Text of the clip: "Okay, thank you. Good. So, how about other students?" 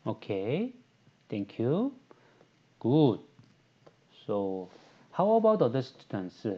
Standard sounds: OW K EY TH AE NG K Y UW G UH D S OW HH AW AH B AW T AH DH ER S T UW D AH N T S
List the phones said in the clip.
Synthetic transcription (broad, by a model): OW K EY T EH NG K Y UW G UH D S OW HH AW AH B AW T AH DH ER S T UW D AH N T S